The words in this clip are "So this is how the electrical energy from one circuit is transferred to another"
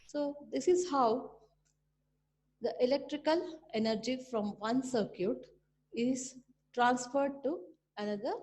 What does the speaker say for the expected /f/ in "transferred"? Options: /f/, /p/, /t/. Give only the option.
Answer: /f/